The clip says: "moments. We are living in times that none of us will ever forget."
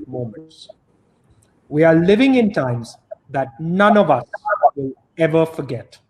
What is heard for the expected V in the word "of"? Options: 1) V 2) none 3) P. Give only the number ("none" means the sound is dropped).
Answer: 1